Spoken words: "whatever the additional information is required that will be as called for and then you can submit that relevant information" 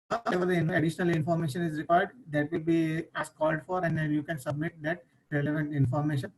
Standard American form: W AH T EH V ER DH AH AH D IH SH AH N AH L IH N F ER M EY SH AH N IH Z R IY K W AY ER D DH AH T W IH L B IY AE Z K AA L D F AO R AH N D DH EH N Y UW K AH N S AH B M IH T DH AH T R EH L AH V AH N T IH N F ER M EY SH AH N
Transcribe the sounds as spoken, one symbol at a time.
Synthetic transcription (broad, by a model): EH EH V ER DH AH AH D IH SH AH N AH L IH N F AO M EY SH AH N IH Z R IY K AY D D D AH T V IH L B IY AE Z K AA L D F AO R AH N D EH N Y UW K AH N S AH B M IH T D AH T R EH L AH V AH N T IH N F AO M EY SH AH N